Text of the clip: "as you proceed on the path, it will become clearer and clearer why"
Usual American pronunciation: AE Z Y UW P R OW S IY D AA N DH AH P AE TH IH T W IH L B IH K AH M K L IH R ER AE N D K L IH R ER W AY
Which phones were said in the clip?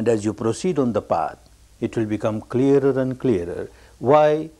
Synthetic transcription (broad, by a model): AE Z Y UW P R OW S IY D AA N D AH P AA T IH T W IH L B IH K AH M K L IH R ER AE N D K L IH R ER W AY